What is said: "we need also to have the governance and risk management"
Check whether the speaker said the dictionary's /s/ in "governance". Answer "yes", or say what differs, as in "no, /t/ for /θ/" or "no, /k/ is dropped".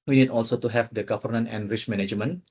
no, /s/ is dropped